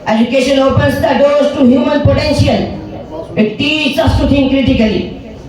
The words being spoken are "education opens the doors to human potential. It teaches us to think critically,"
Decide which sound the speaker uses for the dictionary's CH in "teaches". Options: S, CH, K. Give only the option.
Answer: S